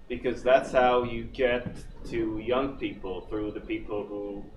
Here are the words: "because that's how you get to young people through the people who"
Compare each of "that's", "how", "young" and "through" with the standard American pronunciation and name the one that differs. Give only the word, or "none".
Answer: none